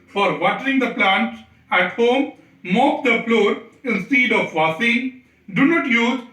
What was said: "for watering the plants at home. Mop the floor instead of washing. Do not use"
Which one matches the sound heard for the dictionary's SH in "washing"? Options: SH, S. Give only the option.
S